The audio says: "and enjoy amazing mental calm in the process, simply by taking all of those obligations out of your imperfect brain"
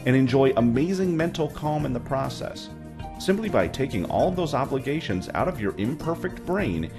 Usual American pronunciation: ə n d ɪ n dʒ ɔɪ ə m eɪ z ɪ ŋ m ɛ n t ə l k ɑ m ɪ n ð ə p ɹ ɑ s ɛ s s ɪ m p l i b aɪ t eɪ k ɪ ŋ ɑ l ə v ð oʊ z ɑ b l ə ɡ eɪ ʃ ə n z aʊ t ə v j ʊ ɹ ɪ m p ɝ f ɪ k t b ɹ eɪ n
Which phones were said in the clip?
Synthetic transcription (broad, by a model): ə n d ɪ n dʒ ɔɪ ə m eɪ z ɪ ŋ m ɛ n t l k ɑ m ɪ n ð ə p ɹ ɑ s ɛ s s ɪ m p l i b aɪ t eɪ k ɪ ŋ ɑ l ə v ð oʊ z ɑ b l ə ɡ eɪ ʃ ə n z aʊ t ə v j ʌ ɹ ɪ m p ɝ f ɪ k t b ɹ eɪ n